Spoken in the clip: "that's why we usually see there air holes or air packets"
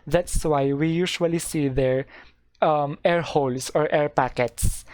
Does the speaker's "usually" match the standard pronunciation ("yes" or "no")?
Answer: no